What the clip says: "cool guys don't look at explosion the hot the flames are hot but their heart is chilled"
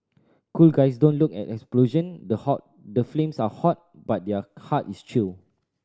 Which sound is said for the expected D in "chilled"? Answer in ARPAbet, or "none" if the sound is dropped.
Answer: none